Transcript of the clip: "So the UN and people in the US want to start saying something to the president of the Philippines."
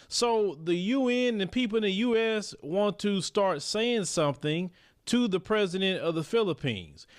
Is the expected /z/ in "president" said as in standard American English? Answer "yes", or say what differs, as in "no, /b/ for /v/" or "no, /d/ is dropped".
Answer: yes